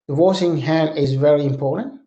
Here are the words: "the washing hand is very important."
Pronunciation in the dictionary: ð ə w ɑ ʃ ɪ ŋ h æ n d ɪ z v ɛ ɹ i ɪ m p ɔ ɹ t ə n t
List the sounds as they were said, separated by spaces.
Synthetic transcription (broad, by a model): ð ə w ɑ s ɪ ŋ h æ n ɪ z v ɛ ɹ i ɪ m p ɔ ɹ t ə n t